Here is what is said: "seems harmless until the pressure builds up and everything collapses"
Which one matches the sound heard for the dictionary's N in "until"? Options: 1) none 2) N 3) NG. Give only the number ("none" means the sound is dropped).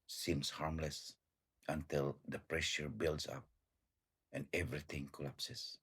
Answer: 2